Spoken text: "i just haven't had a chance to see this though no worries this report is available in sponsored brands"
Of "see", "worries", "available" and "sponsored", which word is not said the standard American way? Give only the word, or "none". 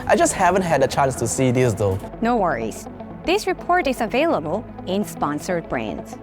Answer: none